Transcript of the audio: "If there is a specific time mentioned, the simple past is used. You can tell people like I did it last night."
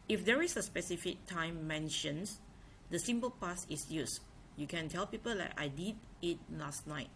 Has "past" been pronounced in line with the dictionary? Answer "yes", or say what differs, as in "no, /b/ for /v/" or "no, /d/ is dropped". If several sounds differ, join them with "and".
no, /t/ is dropped